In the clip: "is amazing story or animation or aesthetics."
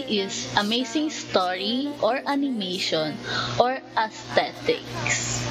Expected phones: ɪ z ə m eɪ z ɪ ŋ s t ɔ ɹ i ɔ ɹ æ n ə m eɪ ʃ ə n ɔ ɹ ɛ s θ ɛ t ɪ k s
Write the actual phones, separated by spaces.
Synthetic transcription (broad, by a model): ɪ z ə m eɪ s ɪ ŋ s t ɔ ɹ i ɔ ɹ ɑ n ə m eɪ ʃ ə n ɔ ɹ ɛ s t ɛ t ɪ k s